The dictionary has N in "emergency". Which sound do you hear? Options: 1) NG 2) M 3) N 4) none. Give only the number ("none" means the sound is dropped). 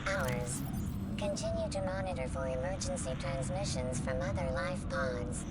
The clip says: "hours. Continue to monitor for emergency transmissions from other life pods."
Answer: 3